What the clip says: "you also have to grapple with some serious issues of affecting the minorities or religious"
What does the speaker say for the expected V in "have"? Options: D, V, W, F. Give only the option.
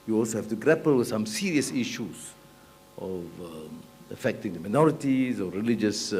F